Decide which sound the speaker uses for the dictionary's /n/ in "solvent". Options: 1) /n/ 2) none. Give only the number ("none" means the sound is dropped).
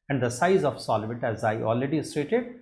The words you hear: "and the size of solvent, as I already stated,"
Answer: 2